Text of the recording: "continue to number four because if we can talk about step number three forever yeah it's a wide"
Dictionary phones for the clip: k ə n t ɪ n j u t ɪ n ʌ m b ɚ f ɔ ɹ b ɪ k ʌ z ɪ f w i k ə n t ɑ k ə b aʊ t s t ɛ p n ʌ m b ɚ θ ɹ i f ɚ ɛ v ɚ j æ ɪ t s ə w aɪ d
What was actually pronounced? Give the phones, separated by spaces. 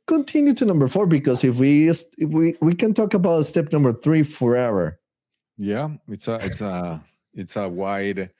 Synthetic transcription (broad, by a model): k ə n t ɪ n j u t ɪ n ʌ m b ɚ f ɔ ɹ b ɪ k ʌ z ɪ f w i k ə n t ɑ k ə b aʊ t s t ɛ p n ʌ m b ɚ θ ɹ i f ɚ ɛ v ɚ j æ ɪ t s ə w aɪ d